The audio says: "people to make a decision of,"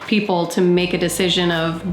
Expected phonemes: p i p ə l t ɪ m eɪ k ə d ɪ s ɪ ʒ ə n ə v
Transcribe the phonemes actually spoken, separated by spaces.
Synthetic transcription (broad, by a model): p i p l t ɪ m eɪ k ə d ɪ s ɪ ʒ ə n ə v